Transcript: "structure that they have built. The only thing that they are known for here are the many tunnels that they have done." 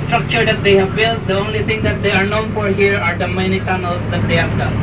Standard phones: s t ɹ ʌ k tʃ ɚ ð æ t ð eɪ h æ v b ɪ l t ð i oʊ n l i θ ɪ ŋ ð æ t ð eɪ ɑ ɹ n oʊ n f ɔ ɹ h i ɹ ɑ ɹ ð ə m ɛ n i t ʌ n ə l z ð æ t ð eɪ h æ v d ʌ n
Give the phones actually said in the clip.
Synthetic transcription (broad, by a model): s t ɹ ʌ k tʃ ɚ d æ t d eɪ h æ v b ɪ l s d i oʊ n l i t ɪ ŋ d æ t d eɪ ɑ ɹ n oʊ n f ɔ ɹ h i ɹ ɑ ɹ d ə m ɛ n i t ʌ n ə l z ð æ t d eɪ h æ v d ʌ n